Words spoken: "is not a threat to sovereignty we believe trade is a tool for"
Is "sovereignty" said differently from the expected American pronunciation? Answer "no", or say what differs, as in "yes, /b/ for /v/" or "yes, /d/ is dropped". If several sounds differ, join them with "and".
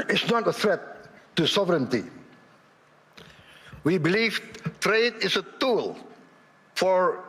no